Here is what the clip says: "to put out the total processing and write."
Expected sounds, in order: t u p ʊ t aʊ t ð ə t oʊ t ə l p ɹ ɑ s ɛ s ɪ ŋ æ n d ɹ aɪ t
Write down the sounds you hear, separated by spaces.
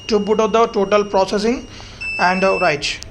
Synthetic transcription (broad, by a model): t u b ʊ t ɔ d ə t oʊ t ə l p ɹ ɑ s ɛ s ɪ ŋ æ n d ɹ aɪ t